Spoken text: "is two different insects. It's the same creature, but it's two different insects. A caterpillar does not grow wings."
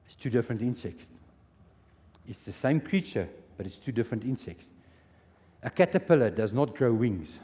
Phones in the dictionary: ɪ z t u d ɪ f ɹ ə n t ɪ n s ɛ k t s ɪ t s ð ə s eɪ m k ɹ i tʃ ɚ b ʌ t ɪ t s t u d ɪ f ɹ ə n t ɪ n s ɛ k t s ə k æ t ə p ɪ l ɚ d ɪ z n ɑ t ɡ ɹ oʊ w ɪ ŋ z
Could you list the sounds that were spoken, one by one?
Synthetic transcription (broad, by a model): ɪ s t u d ɪ f ɹ ə n t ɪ n s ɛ k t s ɪ t s ð ə s eɪ m k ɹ i tʃ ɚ b ʌ t ɪ t s t u d ɪ f ɹ ə n t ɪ n s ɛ k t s ə k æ t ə p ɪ l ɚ d ɪ z n ɑ t ɡ ɹ oʊ w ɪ ŋ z